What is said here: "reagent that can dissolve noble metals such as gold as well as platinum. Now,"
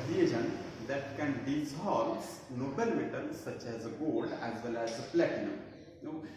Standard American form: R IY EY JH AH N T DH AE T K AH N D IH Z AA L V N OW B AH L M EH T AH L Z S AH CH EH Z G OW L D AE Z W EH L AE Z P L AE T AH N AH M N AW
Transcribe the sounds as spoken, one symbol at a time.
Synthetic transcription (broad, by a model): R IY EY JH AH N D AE T K AH N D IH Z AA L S N OW B AH L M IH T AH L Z S AH CH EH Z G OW D AE Z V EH L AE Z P L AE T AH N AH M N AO